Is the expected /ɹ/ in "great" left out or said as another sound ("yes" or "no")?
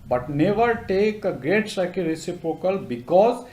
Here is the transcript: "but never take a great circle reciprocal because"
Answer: no